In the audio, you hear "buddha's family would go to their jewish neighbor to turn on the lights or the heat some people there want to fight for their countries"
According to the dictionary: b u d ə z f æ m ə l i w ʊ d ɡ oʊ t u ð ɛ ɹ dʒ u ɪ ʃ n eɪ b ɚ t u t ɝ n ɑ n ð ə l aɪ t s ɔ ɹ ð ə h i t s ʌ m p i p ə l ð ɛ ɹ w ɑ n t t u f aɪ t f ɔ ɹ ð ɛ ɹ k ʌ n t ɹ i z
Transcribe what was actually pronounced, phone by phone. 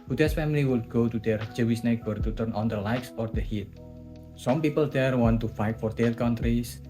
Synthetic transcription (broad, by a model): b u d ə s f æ m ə l i w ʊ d ɡ oʊ t u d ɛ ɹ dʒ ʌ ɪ s n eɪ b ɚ t u t ɝ n ɑ n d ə l aɪ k s ɔ ɹ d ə h i t s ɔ m p i p ə l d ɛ ɹ w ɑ n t t u f aɪ t f ɔ ɹ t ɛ l k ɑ n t ɹ i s